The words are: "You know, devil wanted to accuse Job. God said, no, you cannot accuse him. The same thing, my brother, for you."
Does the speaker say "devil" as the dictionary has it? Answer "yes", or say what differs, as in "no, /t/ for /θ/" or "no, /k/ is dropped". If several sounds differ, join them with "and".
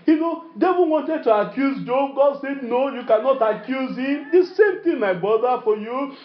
no, /n/ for /l/